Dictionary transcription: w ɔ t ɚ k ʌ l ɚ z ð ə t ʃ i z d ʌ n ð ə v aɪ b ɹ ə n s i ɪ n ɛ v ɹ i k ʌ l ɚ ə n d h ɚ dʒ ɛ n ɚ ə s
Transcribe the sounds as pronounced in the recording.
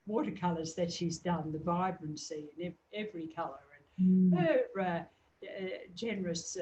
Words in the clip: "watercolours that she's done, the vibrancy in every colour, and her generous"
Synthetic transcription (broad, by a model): w ɔ t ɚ k ʌ l ɚ z ð ə t ʃ i z d ʌ n ð ə v aɪ b ɹ ə n s i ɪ n ɛ v ɹ i k ʌ l ɚ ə n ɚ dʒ ɛ n ɚ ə s